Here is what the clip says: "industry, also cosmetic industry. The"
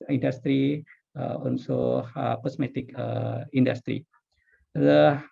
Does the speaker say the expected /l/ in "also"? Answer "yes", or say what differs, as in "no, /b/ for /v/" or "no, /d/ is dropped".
no, /n/ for /l/